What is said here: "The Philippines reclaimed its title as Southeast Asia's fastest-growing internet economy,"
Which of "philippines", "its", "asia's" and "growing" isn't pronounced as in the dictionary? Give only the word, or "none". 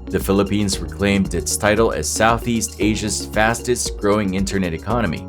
none